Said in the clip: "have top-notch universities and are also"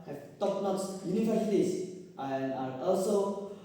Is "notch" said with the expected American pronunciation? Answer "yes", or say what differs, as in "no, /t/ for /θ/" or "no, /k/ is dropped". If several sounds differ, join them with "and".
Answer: no, /s/ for /tʃ/